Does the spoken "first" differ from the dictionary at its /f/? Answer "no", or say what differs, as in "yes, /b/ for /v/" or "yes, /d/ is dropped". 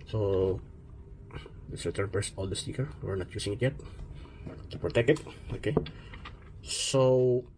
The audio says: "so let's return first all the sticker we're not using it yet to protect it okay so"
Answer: yes, /p/ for /f/